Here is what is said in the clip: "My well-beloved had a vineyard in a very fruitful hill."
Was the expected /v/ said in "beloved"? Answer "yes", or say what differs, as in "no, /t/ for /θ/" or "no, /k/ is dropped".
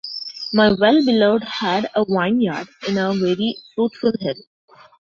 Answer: no, /v/ is dropped